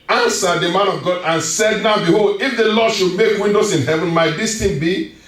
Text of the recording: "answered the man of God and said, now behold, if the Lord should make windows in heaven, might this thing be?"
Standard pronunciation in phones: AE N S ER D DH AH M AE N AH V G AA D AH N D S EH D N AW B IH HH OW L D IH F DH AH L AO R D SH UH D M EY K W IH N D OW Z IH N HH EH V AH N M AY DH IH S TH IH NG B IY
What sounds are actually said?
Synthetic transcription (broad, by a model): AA N S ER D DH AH M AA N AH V G AA D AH N S EH D N AW B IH HH OW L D IH F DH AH L AO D SH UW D M EY K W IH N D OW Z IH N HH EH V AH N M AY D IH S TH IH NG B IY